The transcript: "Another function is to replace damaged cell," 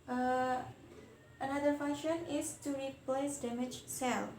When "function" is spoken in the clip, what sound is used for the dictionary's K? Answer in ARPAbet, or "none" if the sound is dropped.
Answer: none